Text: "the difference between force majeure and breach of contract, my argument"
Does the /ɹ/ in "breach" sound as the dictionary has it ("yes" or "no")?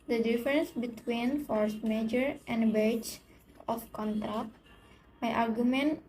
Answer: no